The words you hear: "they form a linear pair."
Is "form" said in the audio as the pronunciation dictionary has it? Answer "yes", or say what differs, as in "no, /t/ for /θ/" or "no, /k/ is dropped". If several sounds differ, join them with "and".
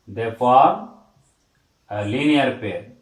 no, /m/ is dropped